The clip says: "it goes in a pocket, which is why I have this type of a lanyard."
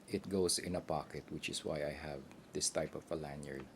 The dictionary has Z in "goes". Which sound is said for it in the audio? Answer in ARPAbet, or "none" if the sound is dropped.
S